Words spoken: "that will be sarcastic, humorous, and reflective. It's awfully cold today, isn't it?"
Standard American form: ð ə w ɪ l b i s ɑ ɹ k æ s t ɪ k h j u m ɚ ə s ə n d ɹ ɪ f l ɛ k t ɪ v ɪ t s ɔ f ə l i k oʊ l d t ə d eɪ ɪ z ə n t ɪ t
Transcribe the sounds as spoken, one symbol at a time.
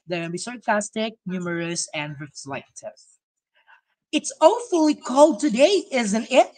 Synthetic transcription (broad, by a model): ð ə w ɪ n b i s ɑ ɹ k æ s t ɪ k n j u m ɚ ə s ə n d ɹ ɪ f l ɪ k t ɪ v ɪ t s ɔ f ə l i k oʊ l d t ə d eɪ ɪ z ə n t ɪ t